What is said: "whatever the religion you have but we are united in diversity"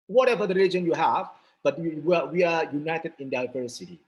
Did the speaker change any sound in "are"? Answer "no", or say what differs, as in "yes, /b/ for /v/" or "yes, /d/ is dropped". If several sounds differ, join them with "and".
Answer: yes, /w/ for /ɹ/